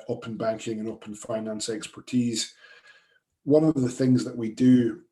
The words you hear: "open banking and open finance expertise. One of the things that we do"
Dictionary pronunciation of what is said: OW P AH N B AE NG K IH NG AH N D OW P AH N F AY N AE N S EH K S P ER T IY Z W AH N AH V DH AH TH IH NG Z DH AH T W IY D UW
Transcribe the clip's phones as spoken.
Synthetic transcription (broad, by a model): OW P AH N B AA NG K IH NG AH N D OW P AH N F AY N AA N S EH K S P ER T IY Z W AH N AH V DH AH TH IH NG Z DH AH T W IY D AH